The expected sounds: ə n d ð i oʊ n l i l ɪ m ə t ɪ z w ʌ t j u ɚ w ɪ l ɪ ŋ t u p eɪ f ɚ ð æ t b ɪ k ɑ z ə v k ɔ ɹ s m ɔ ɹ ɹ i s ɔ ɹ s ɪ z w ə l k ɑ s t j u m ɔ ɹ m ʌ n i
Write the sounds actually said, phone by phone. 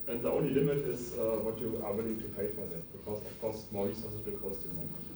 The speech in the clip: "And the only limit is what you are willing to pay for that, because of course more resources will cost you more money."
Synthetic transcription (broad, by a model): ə n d ð i oʊ n l i l ɪ m ə t ɪ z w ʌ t j u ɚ w ɪ l ɪ ŋ t u p eɪ f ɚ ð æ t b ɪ k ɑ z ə f k ɔ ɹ s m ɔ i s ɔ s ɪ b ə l k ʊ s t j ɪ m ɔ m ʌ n